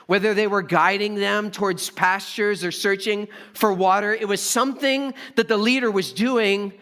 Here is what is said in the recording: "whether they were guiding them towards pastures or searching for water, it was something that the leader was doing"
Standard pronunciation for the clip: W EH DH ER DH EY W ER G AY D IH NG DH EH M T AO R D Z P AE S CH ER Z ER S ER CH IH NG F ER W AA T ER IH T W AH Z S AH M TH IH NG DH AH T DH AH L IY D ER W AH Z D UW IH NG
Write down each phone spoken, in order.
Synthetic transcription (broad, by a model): W EH DH ER DH EY W ER G AY D IH NG DH EH M T AO R D Z P AE S CH ER Z ER S ER CH IH NG F ER W AA T ER IH T W AH Z S AH M TH IH NG DH AH T DH AH L IY D ER W AH Z D UW IH NG